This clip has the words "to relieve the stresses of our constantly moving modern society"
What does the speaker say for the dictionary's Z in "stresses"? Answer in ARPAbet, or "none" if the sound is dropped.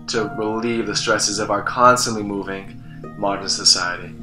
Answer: Z